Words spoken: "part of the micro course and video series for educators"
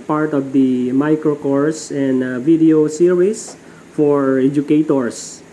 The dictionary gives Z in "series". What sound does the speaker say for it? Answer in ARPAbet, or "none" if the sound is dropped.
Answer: S